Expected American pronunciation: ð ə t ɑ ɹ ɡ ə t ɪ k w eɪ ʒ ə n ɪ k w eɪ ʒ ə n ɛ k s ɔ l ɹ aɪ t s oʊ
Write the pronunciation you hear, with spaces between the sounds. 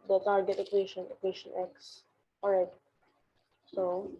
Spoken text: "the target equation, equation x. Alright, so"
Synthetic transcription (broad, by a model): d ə t ɑ ɹ ɡ ə t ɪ k w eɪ ʃ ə n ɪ k w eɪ ʃ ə n ɛ k s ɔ ɹ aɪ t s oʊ